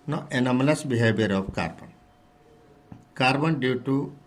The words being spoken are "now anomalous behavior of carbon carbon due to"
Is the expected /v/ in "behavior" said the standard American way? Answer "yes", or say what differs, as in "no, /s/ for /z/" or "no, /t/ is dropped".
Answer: no, /b/ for /v/